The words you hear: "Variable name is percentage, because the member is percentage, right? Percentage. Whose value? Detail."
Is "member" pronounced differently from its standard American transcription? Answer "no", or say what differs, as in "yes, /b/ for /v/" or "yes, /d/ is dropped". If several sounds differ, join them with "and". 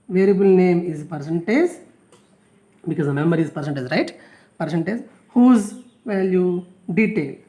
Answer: yes, /b/ is dropped